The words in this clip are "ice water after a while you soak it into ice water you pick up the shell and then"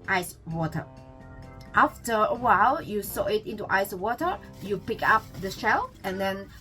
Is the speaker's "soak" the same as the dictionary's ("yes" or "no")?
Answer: no